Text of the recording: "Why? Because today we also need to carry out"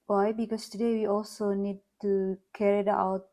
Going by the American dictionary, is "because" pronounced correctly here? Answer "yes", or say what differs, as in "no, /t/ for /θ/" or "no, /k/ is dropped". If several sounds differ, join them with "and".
no, /s/ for /z/